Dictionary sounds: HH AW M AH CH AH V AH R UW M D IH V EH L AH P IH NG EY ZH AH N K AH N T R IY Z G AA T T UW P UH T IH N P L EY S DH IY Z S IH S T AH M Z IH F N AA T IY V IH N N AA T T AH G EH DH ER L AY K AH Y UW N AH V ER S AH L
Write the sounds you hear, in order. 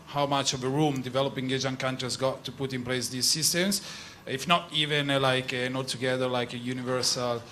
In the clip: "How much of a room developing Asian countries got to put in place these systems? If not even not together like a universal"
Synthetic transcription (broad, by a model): HH AW M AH CH AH V AH R UW M D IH V EH L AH P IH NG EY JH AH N K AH N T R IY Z G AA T T UW P UH T IH N P L EY S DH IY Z S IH S T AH M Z IH F N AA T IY V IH N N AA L T AH G EH DH ER L AY K AH Y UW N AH V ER S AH L